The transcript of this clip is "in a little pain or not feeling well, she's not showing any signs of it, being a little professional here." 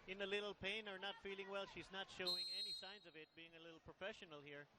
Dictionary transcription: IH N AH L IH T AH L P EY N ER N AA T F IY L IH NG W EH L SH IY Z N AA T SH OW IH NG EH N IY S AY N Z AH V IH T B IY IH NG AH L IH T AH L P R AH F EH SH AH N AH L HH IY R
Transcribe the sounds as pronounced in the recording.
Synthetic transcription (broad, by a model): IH N AH L IH T L P EY N ER N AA T F IY L IH NG W EH L SH IY Z N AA T SH OW IH NG EH N IY S AY N Z AH V IH T B IY IH NG AH L IH T L P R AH F EH SH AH N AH L HH IY R